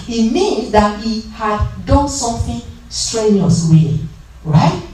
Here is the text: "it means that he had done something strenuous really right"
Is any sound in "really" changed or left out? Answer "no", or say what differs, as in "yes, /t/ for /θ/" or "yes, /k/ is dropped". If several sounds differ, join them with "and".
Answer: yes, /w/ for /ɹ/